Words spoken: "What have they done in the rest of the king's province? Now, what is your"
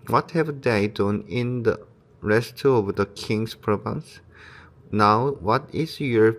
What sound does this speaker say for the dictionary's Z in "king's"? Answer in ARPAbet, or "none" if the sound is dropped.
S